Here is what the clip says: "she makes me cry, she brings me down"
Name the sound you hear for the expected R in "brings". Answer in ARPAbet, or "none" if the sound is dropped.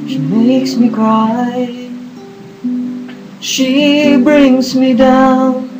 R